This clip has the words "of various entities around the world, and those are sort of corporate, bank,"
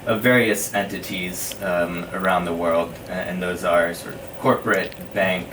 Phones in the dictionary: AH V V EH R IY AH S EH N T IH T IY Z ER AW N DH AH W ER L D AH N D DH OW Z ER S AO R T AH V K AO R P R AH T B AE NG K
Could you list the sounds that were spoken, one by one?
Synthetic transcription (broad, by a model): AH V V EH R IY AH S EH N T IH T IY Z ER AW N DH AH W ER L D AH N DH OW Z ER S AO R T AH V K AO R P R AH T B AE NG K